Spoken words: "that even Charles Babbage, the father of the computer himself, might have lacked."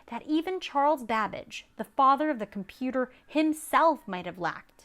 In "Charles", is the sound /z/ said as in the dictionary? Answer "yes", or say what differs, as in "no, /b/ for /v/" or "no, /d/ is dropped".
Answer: yes